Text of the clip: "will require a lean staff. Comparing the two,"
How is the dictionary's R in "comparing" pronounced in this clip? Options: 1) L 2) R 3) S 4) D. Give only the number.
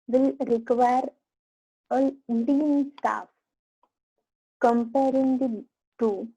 2